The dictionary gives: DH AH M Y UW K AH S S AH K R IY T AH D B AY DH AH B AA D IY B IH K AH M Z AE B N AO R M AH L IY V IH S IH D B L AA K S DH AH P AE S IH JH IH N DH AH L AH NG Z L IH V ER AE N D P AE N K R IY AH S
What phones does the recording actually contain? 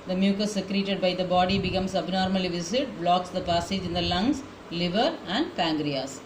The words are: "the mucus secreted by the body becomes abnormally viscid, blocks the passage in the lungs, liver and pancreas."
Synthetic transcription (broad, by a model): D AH M Y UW K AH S S AH K R IY T AH D B AY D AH B AA D IY B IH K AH M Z AE B N AO R M AH L IY V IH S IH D B L AA K S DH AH P AE S IH JH IH N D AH L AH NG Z L IH V ER AE N D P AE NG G R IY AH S